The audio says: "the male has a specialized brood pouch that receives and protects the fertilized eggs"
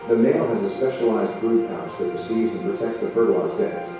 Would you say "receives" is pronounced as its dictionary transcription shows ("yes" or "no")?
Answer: yes